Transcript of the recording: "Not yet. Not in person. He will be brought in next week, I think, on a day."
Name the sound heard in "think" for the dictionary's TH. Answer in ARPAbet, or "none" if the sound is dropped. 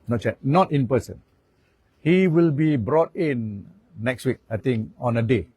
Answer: T